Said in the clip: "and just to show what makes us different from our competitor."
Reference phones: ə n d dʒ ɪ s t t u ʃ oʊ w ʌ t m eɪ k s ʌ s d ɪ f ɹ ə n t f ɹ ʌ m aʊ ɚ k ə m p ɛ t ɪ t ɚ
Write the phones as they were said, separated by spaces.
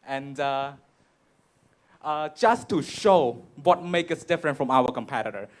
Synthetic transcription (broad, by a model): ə n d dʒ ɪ s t t u ʃ oʊ w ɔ t m eɪ k ʌ s d ɪ f ɹ ə n t f ɹ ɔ m aʊ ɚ k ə m p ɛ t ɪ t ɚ